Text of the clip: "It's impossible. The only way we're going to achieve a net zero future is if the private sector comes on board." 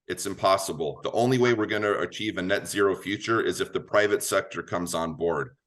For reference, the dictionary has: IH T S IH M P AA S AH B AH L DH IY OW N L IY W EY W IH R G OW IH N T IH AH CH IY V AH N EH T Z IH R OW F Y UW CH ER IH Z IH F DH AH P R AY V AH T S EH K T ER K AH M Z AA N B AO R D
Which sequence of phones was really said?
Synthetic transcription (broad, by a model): IH T S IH M P AA S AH B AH L DH IY OW N L IY W EY W IH R G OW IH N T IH AH CH IY V AH N EH T Z IH R OW F Y UW CH ER IH Z IH F DH AH P R AY V AH T S EH K T ER K AH M Z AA N B AO R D